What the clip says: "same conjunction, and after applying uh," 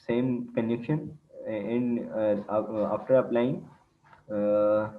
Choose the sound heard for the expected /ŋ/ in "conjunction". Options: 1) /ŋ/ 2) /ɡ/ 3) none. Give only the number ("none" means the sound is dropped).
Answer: 3